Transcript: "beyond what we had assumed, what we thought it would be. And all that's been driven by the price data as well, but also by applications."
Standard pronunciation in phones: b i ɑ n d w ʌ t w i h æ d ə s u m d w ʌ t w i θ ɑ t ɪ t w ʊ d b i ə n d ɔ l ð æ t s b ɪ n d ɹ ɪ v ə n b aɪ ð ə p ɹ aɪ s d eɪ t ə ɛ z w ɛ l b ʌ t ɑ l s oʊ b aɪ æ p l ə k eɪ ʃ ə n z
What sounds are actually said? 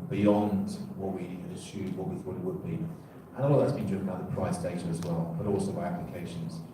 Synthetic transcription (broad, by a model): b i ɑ n d w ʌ t w i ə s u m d w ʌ t w i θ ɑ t ɪ t w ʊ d b i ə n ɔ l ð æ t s b ɪ n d ɪ ə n b aɪ ð ə p ɹ aɪ s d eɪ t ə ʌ z w ɛ l b ʌ t ɑ l s oʊ b aɪ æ p l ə k eɪ ʃ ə n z